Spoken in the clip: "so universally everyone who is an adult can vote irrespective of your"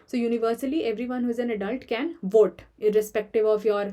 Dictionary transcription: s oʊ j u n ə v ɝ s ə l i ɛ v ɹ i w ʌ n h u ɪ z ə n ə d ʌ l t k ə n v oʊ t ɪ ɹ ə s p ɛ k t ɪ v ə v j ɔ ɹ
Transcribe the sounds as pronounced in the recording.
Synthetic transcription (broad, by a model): s oʊ j u n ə v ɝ s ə l i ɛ v ɹ i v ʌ n h u ɪ z ə n ə d ʌ l t k ə n v oʊ t ɪ ɹ ə s p ɛ k t ɪ v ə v j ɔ ɹ